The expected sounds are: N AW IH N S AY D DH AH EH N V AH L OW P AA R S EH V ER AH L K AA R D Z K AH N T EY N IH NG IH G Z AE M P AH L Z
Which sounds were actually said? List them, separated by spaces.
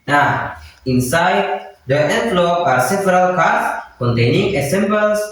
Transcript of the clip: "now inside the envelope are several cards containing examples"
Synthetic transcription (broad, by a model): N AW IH N S AY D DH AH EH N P L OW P AA R S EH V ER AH L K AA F K AH N T EY N IH NG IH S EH M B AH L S